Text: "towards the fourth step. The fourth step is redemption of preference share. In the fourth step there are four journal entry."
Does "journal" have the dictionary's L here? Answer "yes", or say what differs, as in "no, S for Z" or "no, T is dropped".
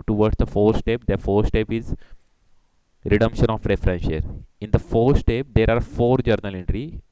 yes